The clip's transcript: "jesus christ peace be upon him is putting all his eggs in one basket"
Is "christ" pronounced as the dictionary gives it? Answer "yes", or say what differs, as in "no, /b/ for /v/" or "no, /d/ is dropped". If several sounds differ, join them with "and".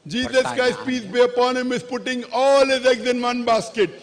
no, /ɹ/ is dropped